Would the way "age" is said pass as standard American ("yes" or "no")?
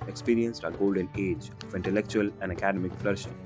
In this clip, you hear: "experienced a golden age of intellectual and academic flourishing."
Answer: yes